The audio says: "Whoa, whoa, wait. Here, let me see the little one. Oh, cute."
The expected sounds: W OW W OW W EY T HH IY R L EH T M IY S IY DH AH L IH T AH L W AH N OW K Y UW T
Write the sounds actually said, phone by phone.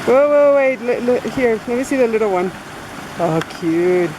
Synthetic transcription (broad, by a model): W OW W OW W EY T HH IY R N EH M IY S IY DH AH L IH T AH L W AH N OW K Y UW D